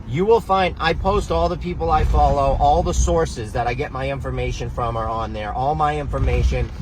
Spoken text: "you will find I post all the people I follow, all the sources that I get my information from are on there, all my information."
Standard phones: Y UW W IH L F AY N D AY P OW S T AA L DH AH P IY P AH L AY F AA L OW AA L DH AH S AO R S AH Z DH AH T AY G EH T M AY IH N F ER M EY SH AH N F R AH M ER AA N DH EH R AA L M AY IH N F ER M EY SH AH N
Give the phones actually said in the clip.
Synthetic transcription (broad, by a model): Y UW W IH L F AY N D AY P OW S T AA L DH AH P IY P L AY F AA L OW AA L DH AH S AO R S AH Z DH AH T AY G EH T M AY IH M F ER M EY SH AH N F R AH M ER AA N DH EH R AA L M AY IH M F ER M EY SH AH N